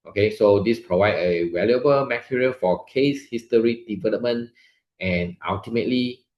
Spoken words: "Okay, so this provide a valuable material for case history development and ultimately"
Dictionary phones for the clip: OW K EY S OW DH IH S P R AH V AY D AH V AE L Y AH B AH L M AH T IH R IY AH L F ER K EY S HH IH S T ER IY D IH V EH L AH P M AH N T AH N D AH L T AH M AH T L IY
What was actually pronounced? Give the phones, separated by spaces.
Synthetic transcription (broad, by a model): OW K EY S OW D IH S P R AH V AY D AH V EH L Y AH B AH L M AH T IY R IY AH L F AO K EY S HH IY S T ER IY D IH V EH L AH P M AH N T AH N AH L T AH M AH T L IY